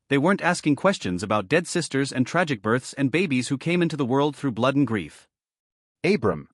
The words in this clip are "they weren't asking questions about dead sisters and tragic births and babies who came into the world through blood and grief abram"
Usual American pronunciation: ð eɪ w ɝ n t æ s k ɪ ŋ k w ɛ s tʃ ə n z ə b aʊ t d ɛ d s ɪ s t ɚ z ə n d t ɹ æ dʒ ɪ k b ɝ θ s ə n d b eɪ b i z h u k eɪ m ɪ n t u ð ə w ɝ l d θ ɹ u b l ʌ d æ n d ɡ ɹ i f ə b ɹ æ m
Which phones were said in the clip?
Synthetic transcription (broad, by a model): ð eɪ w ɝ n t æ s k ɪ ŋ k w ɛ s tʃ ə n z ə b aʊ t d ɛ d s ɪ s t ɚ z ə n t ɹ æ dʒ ɪ k b ɝ θ s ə n b eɪ b i z h u k eɪ m ɪ n t u ð ə w ɝ l d θ ɹ u b l ʌ d n ɡ ɹ i f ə b ɹ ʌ m